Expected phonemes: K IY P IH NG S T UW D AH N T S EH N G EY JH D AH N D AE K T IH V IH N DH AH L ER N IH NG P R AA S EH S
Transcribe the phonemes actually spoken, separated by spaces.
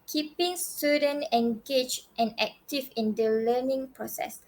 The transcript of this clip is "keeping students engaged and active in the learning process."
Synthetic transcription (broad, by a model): K IY P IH NG S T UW D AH N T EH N G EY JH AH N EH K T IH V IH N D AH L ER N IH NG P R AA S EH S